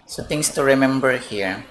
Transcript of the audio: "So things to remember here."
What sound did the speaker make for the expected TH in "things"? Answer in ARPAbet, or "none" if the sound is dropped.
T